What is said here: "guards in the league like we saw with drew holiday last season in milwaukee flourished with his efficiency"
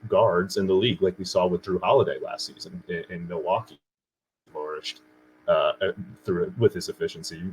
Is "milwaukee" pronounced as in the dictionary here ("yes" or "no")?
no